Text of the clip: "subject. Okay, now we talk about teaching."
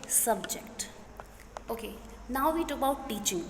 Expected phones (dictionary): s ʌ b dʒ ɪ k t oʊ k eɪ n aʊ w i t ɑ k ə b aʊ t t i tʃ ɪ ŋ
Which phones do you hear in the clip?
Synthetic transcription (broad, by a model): s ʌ b dʒ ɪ k t oʊ k eɪ n aʊ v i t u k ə ʊ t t i tʃ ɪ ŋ